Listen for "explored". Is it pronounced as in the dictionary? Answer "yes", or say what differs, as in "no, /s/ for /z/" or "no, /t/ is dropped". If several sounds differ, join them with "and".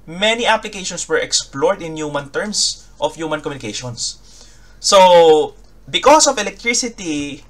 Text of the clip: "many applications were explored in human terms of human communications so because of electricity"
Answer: yes